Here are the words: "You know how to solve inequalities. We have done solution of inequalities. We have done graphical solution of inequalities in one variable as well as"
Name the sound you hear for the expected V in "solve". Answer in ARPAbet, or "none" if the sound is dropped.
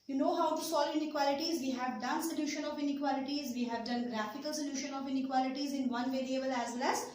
none